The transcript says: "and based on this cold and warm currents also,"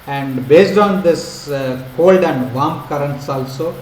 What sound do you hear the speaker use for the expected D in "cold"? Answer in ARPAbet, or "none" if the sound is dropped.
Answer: D